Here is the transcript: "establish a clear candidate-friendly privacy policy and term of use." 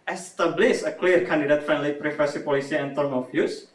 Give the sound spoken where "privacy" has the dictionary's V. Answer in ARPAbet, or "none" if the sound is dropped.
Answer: F